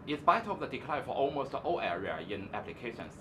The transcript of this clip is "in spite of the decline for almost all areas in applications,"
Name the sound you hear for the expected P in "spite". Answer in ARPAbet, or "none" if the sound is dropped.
B